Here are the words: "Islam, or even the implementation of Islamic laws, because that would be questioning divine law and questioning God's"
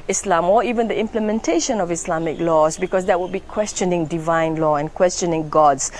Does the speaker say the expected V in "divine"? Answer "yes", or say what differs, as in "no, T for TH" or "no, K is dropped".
yes